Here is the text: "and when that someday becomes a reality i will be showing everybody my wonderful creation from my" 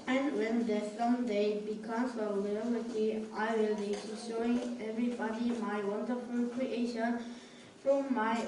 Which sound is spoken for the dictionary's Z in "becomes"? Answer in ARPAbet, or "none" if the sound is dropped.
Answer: S